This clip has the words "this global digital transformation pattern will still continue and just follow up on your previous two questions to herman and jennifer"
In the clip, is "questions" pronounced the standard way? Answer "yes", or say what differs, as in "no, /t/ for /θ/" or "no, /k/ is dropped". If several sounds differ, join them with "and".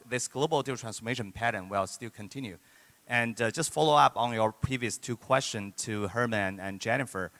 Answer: no, /z/ is dropped